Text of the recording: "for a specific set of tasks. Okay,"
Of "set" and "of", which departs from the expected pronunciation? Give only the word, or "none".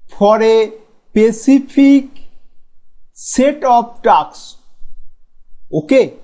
of